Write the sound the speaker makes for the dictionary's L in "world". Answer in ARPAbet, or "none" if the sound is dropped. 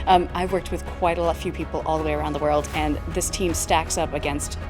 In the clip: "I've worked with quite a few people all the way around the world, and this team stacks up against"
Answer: L